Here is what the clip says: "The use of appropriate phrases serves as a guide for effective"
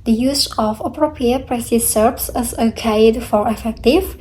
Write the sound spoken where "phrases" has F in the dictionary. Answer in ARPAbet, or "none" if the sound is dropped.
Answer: P